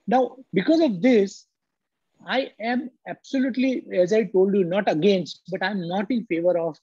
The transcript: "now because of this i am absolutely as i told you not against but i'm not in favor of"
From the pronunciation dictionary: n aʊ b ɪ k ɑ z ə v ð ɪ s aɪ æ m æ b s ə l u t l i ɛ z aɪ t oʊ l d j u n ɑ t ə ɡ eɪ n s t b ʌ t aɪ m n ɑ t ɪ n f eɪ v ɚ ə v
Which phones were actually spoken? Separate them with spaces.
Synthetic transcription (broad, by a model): n aʊ b ɪ k ɑ z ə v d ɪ s aɪ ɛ m æ b s ə l u t l i ɛ z aɪ t oʊ l d j u n ɑ t ə ɡ eɪ n s t b ʌ t aɪ m n ɑ t ɪ n f eɪ v ɚ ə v